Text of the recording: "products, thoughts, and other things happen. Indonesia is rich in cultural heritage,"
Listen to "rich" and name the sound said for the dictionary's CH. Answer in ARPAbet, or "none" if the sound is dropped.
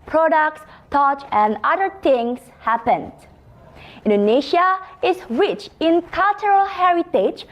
CH